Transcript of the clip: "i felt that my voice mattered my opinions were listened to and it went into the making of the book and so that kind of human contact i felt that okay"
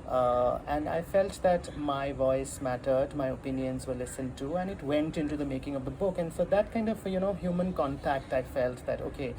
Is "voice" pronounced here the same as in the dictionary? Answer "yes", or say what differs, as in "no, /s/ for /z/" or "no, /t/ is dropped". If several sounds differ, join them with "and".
yes